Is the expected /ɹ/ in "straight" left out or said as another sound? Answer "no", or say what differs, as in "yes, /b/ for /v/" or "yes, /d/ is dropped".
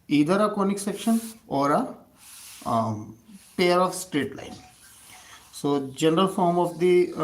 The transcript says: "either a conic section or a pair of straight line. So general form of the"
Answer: no